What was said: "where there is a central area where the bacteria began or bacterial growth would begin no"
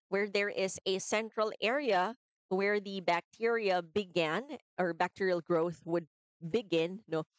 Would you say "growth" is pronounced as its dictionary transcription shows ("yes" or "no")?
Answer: yes